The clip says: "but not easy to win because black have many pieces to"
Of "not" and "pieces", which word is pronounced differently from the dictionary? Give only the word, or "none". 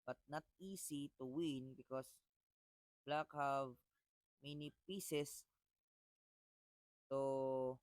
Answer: pieces